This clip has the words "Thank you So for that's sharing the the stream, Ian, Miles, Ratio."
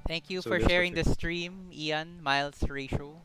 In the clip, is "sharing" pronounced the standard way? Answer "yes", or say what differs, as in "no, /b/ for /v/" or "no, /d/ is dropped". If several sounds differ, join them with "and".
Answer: yes